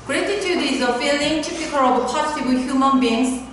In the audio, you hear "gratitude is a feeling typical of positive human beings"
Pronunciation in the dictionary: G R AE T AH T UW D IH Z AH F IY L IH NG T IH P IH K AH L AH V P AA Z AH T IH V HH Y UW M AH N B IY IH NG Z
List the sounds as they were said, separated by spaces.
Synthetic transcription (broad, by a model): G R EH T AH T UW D IH Z AH F IY L IH NG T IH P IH K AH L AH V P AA S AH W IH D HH Y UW M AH N B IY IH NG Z